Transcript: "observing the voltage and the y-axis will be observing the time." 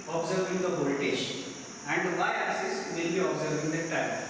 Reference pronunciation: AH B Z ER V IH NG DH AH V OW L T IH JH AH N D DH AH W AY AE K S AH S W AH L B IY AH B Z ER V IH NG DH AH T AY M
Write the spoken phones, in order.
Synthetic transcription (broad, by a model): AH B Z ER V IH NG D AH P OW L T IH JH AH N D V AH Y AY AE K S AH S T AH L B IY AH B Z ER V IH NG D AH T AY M